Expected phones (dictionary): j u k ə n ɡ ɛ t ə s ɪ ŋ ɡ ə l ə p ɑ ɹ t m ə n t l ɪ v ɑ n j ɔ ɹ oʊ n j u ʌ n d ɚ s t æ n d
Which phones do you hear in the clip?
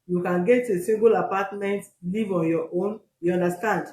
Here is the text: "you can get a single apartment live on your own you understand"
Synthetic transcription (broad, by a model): j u k ə n ɡ ɛ t ə s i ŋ ɡ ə l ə p ɑ t m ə n t l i v ɑ n j ɔ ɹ oʊ n j u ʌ n d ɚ s t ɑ n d